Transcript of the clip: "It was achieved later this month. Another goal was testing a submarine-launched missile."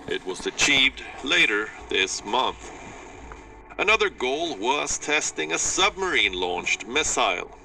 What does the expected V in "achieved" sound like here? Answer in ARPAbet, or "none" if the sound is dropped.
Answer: V